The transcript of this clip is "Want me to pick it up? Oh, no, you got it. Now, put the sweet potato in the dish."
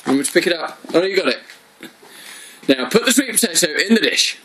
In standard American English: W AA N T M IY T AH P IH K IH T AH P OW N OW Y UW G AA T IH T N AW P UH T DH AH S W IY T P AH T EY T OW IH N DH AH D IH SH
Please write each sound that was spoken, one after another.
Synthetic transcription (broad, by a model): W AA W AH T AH P IH K IH T AH P OW L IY Y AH G AA T IH T N AW P UH T DH AH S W IY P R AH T EY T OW IH N DH AH D IH SH